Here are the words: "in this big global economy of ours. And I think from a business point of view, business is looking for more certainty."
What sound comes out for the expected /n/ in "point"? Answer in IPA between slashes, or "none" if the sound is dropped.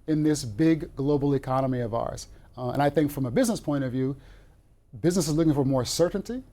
none